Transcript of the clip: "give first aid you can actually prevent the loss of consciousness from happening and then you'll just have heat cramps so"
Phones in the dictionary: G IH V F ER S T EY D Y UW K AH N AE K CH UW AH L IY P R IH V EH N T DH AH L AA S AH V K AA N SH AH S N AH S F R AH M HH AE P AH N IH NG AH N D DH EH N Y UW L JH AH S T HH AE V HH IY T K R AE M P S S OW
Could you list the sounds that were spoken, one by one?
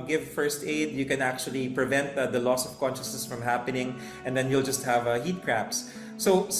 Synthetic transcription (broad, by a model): G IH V F ER S T EY D Y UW K AH N AE K CH UW AH L IY P R IH V EH N T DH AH L AA S AH V K AA N SH AH S N AH S F R AH M HH AE P AH N IH NG AH N D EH N Y UW L JH AH S T HH AE V HH IY T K R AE P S S OW